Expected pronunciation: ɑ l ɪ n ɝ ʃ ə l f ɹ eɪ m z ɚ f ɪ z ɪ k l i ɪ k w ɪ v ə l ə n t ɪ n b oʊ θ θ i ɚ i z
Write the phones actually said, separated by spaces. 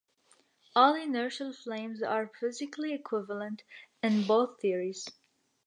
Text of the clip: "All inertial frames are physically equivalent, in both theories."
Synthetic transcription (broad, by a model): ɑ l ɪ n ɝ ʃ ə l f l eɪ m z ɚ f ɪ z ɪ k l i ɪ k w ɪ v ə l ə n t ɪ n b oʊ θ θ i ɚ i z